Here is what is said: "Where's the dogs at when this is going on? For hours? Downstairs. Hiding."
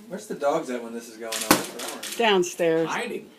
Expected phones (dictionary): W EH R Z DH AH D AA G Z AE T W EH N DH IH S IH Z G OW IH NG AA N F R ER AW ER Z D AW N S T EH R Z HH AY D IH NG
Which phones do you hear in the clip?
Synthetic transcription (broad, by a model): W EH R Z DH AH D AA G Z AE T W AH N DH IH S IH Z G OW IH NG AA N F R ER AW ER D AW N S T EH R Z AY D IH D